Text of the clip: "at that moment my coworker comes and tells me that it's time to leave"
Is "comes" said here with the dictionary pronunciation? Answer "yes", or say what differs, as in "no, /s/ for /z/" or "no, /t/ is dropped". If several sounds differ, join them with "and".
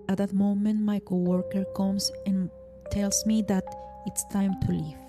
no, /s/ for /z/